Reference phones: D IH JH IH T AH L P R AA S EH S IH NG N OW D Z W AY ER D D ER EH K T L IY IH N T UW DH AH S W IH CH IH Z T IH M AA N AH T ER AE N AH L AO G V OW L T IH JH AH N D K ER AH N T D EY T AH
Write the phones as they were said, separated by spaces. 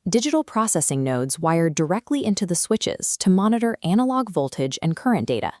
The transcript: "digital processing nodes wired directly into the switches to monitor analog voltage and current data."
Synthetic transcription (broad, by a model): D IH JH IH T L P R AA S EH S IH NG N OW D Z W AY ER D D ER EH K T L IY IH N T UW DH AH S W IH CH IH Z T IH M AA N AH T ER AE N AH L AO G V OW L T IH JH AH N K ER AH N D EY T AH